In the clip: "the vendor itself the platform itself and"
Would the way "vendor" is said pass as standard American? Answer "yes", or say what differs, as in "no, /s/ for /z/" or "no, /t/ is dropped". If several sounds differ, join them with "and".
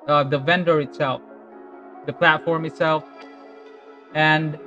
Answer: yes